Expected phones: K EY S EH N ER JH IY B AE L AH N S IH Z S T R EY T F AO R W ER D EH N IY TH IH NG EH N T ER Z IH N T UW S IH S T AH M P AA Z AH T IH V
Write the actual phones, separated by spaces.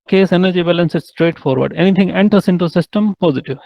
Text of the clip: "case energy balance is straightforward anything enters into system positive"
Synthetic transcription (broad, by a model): K EY S EH N ER JH IY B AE L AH N S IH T S T R EY T F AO R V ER D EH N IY T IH NG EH N T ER S IH N T UW S IH S T AH M P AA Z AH T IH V